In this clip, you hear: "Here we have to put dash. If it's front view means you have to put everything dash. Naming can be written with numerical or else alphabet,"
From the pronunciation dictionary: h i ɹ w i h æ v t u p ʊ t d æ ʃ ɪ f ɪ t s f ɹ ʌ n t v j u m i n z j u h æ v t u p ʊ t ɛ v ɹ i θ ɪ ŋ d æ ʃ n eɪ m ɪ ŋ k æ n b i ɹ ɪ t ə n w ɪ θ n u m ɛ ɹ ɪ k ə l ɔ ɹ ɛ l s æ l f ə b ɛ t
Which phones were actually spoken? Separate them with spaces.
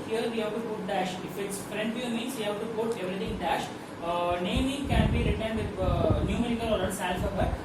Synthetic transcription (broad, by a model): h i ɹ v i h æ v t u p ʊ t d æ ʃ ɪ f ɪ t s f ɹ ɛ n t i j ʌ m i n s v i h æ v t u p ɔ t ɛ v ɹ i t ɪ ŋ d æ ʃ n eɪ m ɪ ŋ k æ n b i ɹ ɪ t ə n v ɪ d n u m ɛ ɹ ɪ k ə l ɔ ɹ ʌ n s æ l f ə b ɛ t